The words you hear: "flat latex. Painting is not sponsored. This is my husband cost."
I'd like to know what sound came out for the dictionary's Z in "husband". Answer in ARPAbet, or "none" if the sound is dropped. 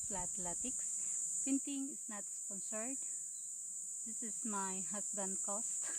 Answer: S